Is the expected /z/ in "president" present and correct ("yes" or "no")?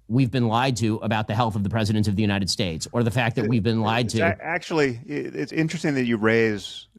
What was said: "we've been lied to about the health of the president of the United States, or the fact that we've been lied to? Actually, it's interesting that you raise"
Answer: yes